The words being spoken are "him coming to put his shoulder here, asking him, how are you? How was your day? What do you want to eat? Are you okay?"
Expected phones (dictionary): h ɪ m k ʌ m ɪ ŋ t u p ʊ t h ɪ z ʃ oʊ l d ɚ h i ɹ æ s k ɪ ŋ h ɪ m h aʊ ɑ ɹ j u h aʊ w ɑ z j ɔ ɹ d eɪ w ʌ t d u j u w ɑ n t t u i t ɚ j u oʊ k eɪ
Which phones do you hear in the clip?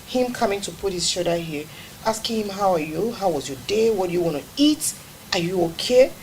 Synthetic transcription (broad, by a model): h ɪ m k ʌ m ɪ ŋ t u p ʊ t h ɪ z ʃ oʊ d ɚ h i ɹ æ s k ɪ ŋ h ɪ m h aʊ ɑ ɹ j u h aʊ w ɑ z j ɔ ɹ d eɪ w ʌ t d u j u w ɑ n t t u i t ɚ j u oʊ k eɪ